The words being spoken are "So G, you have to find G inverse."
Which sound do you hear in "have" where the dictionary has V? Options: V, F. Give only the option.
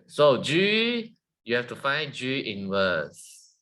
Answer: F